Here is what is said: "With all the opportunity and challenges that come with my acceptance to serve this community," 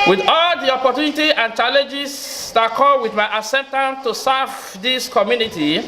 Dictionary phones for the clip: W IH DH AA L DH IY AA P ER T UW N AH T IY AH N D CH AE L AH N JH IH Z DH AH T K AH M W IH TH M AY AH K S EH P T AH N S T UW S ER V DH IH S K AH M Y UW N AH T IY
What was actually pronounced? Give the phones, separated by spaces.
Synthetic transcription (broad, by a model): W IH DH AA L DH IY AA P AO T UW N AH T IY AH N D CH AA L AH N JH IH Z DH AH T K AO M W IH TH M AY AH S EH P T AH N T UW S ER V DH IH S K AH M Y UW N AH T IY